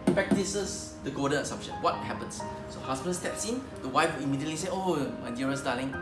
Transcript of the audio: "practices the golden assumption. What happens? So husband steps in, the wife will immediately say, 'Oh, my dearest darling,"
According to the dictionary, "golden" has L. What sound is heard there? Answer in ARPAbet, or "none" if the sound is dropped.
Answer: none